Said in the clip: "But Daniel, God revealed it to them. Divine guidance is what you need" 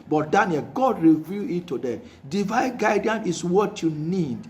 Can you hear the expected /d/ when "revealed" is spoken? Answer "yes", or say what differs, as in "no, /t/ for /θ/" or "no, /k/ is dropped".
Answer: no, /d/ is dropped